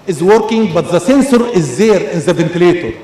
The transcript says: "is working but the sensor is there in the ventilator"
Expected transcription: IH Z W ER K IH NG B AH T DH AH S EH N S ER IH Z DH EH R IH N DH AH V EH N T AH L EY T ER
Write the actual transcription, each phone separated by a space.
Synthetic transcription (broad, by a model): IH Z W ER K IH NG B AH T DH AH S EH N S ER IH Z DH EH R IH N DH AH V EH N T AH L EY T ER